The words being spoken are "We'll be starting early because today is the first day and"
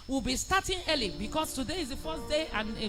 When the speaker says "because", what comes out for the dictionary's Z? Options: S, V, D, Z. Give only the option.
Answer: S